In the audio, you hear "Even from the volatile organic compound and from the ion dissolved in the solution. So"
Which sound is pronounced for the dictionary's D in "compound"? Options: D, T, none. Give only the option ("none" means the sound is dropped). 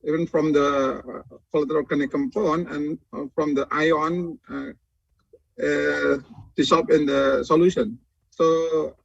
none